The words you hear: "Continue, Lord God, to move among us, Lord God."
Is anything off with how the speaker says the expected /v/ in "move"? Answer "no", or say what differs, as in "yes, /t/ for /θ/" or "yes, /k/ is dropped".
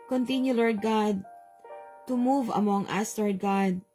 no